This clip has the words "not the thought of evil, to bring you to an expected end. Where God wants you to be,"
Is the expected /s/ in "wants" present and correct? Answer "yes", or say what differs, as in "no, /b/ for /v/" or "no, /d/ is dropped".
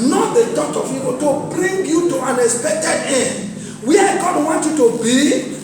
no, /s/ is dropped